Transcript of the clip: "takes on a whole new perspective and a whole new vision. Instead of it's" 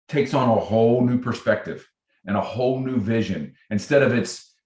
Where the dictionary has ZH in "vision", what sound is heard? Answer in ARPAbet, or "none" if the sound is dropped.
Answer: ZH